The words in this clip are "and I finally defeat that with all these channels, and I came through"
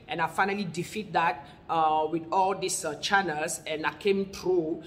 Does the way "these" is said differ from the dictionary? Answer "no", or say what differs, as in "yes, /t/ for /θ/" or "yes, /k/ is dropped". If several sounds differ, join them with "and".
yes, /s/ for /z/